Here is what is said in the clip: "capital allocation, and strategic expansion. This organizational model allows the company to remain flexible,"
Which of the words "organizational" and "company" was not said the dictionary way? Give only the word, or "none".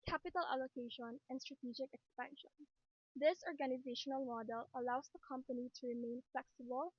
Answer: none